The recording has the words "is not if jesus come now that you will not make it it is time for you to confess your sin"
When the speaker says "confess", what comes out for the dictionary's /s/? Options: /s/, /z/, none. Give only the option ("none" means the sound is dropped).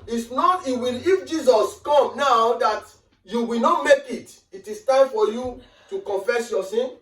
/s/